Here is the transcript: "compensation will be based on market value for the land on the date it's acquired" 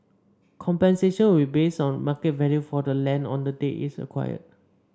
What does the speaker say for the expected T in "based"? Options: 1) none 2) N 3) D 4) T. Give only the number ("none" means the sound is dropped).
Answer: 1